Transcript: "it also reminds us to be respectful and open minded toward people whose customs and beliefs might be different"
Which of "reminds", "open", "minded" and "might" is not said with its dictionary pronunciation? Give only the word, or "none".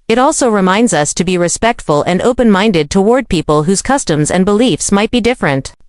none